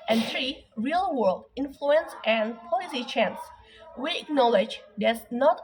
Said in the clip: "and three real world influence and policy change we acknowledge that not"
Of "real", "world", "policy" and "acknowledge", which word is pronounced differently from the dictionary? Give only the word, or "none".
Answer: none